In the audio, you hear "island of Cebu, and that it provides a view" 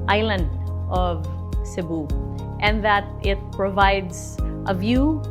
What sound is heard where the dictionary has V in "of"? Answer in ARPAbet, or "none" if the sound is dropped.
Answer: V